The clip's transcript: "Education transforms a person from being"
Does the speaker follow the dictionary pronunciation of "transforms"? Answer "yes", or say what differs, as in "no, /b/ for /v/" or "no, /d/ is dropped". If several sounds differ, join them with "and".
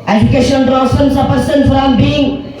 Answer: no, /n/ is dropped and /f/ is dropped